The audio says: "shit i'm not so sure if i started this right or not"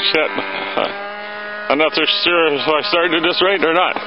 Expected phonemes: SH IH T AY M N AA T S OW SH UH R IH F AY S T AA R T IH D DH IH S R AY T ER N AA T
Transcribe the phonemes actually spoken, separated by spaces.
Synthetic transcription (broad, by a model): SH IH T AY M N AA T S OW S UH R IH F AY S T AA R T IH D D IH S R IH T ER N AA T